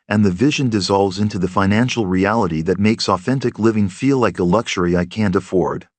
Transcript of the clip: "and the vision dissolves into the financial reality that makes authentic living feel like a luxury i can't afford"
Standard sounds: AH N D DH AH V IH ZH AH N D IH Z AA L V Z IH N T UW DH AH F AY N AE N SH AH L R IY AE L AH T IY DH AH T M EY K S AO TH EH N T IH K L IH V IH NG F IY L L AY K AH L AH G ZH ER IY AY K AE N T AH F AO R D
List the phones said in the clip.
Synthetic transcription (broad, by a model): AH N DH AH V IH ZH AH N D IH Z AA L V Z IH N T UW DH AH F AY N AE N SH L R IY AE L AH T IY DH AH T M EY K S AO TH EH N T IH K L IH V IH NG F IY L L AY K AH L AH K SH ER IY AY K AE N T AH F AO R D